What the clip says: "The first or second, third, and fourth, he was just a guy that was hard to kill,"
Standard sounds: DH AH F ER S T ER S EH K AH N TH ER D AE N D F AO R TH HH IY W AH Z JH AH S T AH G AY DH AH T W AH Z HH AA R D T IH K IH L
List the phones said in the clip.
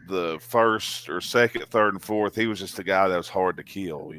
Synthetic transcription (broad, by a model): DH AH F ER S T ER S EH K AH N TH ER D N F AO R TH HH IY W AH Z JH AH S T AH G AY DH AH T W AH Z HH AA R D T IH K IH L